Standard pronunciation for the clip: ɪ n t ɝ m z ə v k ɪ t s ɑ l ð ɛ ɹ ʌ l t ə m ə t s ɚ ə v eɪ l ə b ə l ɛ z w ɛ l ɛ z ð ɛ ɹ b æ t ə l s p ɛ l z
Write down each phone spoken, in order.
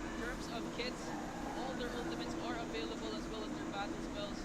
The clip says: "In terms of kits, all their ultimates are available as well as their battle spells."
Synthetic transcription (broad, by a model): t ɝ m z ə v k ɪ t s ɑ l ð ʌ ɹ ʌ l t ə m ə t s ɚ ə v eɪ l ə b ə l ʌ z w ɛ l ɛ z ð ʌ ɹ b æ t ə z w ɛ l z